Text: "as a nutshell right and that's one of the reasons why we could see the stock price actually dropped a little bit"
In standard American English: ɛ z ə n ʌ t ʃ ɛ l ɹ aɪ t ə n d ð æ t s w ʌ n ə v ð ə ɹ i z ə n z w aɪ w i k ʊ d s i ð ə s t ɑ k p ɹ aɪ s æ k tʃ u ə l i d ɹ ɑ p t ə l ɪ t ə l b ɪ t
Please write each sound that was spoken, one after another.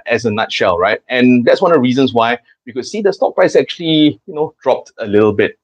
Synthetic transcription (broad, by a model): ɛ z ə n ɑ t ʃ ɛ l ɹ aɪ t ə n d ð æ t s w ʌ n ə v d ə ɹ i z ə n s w aɪ w i k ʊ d s i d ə s t ɑ k p ɹ aɪ s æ k tʃ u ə l i d ɹ ɑ p t ə l ɪ t ə l b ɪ t